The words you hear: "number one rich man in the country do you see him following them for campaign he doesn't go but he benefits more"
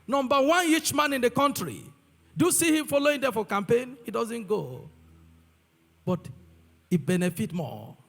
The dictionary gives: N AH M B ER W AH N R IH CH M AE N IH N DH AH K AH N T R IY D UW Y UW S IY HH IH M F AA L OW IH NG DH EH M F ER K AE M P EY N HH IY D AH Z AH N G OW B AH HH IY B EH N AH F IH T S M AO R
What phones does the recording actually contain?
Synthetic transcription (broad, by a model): N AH M B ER W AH N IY CH M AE N IH N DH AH K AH N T R IY D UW Y UW S IY HH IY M F AA L OW IH NG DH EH F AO K AE M P EY N HH IY D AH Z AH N G OW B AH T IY B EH N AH F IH T M AO